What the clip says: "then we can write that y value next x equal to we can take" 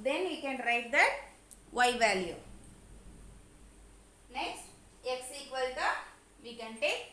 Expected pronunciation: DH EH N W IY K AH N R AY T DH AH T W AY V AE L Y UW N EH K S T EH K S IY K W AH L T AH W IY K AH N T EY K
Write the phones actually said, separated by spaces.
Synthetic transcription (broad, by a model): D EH N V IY K AH N R AY T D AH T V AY V AE L Y UW N EH K S T EH K S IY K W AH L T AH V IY K AH N T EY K